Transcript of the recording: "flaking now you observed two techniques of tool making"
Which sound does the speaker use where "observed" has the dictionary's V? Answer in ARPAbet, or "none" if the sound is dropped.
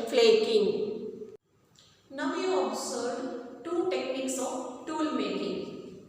none